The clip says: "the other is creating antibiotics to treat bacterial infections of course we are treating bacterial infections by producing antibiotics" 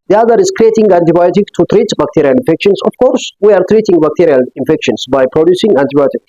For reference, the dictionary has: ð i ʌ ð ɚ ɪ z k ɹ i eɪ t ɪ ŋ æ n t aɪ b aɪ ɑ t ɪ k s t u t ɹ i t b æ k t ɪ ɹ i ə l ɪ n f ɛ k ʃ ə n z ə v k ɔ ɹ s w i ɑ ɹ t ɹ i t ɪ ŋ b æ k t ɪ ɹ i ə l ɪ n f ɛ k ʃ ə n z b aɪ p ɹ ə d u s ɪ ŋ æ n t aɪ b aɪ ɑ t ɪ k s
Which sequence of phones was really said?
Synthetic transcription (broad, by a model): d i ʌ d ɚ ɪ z k ɹ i eɪ t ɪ ŋ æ n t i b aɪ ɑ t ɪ k t u t ɹ i t b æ k t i ɹ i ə l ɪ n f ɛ k ʃ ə n s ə f k ɔ ɹ s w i ɑ ɹ t ɹ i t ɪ ŋ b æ k t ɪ ɹ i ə l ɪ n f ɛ k ʃ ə n s b aɪ p ɹ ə d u s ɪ ŋ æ n t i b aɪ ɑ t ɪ k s